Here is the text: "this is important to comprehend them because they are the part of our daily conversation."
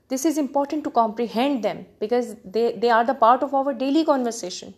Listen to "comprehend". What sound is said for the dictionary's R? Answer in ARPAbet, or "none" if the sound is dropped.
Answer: R